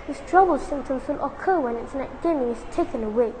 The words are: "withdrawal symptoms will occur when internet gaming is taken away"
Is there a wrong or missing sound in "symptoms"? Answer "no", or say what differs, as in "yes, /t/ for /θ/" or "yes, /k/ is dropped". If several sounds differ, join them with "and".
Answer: yes, /p/ is dropped and /s/ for /z/